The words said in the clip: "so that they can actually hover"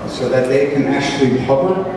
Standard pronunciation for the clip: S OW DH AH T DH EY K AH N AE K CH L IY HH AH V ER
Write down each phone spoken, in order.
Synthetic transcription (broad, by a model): S OW DH AH T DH EY K AH N AE K CH L IY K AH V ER